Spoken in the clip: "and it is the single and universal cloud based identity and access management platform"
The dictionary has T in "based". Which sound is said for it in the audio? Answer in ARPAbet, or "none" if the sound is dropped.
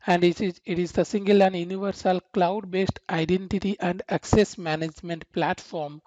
T